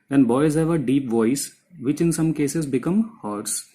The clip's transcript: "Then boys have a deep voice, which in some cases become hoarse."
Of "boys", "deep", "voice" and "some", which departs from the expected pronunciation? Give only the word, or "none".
none